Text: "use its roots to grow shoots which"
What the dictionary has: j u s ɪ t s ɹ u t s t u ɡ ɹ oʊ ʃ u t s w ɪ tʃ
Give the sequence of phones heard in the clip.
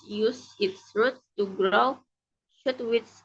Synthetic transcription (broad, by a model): j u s ɪ t s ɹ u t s t u ɡ ɹ oʊ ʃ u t w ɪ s